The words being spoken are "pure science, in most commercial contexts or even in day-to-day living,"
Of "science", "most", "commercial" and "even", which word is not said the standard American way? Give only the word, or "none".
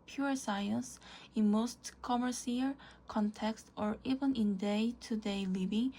commercial